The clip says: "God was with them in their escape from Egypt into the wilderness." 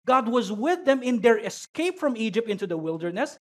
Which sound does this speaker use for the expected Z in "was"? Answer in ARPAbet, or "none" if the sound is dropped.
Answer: Z